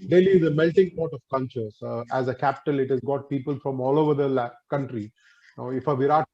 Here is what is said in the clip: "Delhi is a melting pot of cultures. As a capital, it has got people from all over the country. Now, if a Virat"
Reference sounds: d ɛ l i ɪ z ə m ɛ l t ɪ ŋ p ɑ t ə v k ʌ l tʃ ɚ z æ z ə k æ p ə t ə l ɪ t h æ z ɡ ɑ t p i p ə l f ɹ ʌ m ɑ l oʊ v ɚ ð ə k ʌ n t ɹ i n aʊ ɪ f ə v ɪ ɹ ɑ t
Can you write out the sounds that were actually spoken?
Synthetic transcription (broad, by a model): d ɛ l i ɪ z ə m ɛ l t ɪ ŋ p ɑ t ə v k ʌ n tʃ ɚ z æ z ə k æ p ə t ə l ɪ t h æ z ɡ ɑ t p i p ə l f ɹ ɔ m ɑ l oʊ v ɚ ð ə k ʌ n t ɹ i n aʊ ɪ f ə v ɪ ɹ ɑ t